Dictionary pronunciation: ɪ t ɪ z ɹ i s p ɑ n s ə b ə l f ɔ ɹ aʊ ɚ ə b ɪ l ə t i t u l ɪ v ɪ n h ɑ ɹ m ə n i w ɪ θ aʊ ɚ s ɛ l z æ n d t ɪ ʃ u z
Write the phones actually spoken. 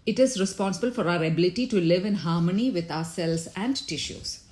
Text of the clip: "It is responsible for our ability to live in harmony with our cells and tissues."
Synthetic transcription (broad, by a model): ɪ t ɪ z ɹ i s p ɑ n s ə b ə l f ɔ ɹ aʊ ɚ ə b ɪ l ə t i t u l ɪ v ɪ n h ɑ ɹ m ə n i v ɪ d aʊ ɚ s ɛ l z æ n d t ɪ ʃ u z